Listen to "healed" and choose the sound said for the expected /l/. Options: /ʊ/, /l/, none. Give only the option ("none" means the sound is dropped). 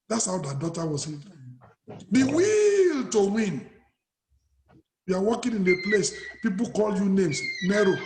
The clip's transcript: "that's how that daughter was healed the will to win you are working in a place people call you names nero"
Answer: none